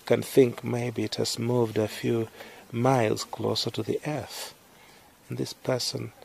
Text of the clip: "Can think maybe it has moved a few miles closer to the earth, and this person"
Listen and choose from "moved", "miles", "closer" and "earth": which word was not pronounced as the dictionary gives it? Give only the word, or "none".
none